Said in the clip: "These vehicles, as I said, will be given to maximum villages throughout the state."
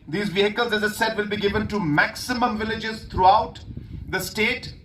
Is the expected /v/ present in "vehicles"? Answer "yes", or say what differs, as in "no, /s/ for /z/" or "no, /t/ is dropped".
yes